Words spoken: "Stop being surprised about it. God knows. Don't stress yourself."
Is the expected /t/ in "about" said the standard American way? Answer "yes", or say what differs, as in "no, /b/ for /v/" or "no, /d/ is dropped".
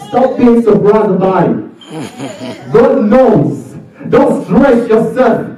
no, /t/ is dropped